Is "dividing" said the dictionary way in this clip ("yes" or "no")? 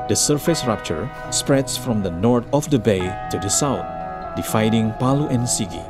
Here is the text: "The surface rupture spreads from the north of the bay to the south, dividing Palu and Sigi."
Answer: no